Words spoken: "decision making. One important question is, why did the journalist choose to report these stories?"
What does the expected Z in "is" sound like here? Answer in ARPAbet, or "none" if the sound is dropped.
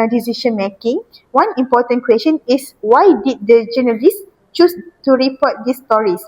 S